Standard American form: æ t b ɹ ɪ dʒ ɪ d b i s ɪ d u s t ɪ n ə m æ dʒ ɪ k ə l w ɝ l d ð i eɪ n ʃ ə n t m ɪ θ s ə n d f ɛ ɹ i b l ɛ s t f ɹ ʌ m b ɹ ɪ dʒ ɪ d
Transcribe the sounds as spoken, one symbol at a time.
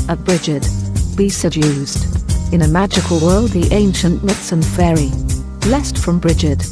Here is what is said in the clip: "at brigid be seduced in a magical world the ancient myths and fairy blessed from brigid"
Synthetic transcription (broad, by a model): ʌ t b ɹ ɪ dʒ ɪ d b i s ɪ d u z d ɪ n ə m æ dʒ ɪ k ə l w ɝ l d ð i eɪ n ʃ ə n t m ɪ t s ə n f ɛ ɹ i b l ɛ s t f ɹ ʌ m b ɹ ɪ dʒ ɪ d